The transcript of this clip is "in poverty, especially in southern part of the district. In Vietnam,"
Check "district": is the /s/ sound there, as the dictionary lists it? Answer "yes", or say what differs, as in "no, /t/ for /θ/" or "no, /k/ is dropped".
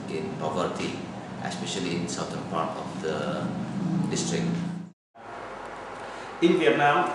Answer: yes